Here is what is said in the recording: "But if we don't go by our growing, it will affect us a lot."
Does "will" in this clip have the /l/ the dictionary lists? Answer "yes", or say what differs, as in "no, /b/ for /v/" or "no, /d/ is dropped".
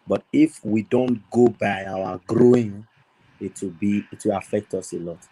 no, /w/ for /l/